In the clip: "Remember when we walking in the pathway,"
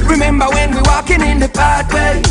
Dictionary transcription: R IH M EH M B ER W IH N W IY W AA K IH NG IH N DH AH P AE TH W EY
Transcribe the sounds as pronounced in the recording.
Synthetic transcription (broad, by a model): R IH M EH M B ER W IH N W IY W AA K IH NG IH N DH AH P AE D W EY